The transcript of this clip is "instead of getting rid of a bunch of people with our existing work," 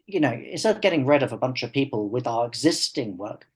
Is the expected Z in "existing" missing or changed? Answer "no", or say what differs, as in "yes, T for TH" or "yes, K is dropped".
no